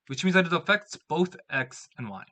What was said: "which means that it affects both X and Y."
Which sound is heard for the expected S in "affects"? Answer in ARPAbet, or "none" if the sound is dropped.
S